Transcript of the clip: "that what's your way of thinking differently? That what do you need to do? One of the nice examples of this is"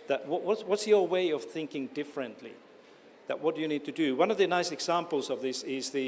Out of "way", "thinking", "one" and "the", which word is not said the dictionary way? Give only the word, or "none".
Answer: none